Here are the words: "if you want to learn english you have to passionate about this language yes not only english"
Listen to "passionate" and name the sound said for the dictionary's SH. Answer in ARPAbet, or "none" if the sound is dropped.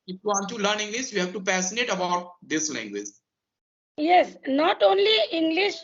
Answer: S